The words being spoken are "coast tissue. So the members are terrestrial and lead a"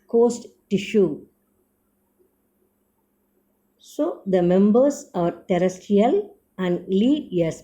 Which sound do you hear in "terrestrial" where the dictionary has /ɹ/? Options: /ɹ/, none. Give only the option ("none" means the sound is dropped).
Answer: none